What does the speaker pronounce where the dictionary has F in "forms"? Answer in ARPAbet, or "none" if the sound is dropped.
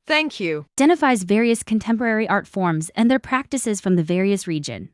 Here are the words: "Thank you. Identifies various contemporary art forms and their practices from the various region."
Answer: F